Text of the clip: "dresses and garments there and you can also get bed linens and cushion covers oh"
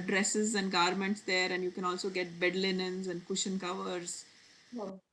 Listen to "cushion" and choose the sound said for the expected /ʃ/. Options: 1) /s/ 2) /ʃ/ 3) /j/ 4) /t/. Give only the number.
2